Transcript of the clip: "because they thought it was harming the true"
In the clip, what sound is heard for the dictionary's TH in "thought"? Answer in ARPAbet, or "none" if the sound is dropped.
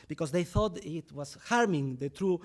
TH